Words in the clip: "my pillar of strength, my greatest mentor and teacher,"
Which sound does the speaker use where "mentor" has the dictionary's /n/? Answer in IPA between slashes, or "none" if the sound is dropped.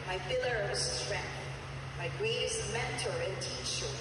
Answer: /n/